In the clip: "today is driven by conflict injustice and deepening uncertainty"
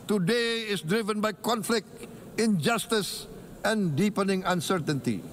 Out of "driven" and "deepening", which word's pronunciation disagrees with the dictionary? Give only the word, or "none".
none